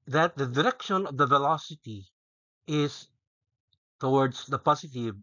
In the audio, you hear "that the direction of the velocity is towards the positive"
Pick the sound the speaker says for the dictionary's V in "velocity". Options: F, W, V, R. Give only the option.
V